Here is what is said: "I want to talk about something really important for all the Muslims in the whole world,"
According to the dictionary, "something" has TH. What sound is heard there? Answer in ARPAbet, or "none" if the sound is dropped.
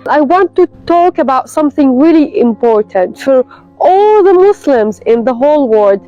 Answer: TH